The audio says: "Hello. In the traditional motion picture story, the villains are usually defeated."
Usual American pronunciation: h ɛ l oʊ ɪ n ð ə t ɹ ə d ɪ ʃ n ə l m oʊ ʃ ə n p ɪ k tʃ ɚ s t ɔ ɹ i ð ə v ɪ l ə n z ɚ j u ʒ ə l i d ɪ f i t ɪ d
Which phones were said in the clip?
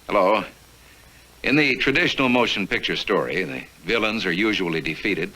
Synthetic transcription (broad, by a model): h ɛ l oʊ ɪ n ð ə t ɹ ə d ɪ ʃ n l m oʊ ʃ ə n p ɪ k tʃ ɚ s t ɔ ɹ i ð ə v ɪ l ə n z ɚ j u ʒ ə l i d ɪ f i t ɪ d